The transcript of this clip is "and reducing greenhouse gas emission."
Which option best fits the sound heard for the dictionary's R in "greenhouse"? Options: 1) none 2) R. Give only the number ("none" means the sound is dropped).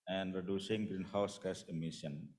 2